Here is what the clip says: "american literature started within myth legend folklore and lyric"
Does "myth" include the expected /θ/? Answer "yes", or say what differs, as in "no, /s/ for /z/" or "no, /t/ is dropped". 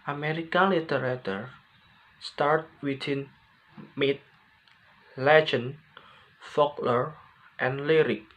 no, /t/ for /θ/